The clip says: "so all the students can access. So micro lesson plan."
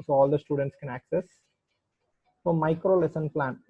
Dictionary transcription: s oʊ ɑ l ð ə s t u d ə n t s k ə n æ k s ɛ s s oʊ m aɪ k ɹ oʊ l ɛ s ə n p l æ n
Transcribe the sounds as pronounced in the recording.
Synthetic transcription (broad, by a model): s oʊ ɑ l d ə s t u d ə n t s k ə n æ k s ɛ s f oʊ m aɪ k ɹ oʊ l ɛ s ə n p l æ n